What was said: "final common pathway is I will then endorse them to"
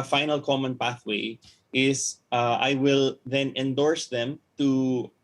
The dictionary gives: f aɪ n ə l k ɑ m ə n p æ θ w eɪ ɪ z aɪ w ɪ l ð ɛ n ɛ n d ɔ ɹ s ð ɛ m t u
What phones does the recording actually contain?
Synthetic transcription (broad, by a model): f aɪ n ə l k ɑ m ə n p æ θ w eɪ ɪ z aɪ w ɪ l ð ɛ n ɛ n d ɔ ɹ s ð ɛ m t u